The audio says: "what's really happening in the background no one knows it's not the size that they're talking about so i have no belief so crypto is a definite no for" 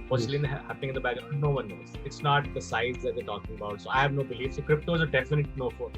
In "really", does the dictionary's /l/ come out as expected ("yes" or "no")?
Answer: no